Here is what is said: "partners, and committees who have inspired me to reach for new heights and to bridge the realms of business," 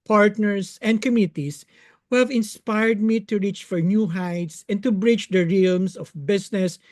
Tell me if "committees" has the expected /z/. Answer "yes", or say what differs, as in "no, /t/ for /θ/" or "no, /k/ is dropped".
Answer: no, /s/ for /z/